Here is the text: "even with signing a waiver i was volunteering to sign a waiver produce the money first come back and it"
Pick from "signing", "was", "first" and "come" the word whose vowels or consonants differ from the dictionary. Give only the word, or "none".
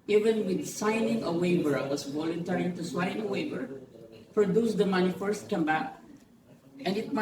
was